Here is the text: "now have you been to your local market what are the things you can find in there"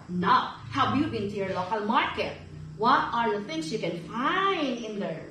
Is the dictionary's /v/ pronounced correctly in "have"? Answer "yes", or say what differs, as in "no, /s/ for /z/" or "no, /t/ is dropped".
no, /b/ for /v/